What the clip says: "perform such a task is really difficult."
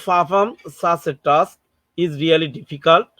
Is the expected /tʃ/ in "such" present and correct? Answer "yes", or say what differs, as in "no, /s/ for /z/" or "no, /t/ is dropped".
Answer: no, /s/ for /tʃ/